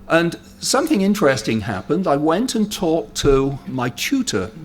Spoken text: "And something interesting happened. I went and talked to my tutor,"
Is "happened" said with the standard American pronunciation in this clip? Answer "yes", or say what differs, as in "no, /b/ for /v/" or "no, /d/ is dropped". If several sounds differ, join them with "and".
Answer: yes